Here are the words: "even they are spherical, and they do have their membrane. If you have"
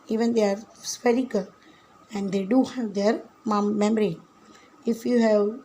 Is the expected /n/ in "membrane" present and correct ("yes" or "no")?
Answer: no